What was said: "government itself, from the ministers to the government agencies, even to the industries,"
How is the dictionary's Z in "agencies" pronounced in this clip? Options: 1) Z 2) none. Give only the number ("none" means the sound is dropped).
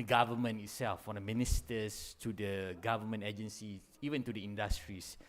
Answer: 2